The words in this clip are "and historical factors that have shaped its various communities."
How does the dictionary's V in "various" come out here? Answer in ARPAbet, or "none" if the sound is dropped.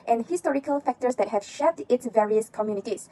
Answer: V